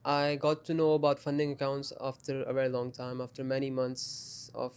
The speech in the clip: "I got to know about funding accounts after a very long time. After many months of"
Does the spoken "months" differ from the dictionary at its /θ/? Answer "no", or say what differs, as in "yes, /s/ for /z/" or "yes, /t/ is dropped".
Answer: yes, /t/ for /θ/